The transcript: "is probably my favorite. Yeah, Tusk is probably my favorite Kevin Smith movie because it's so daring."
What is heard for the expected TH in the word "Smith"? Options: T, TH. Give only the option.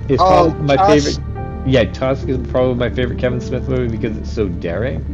TH